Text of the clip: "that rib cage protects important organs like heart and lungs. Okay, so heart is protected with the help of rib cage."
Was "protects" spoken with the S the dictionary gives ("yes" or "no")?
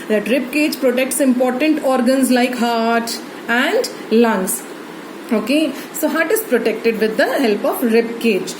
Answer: yes